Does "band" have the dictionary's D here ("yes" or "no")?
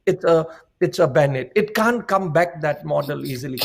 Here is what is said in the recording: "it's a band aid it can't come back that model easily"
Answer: no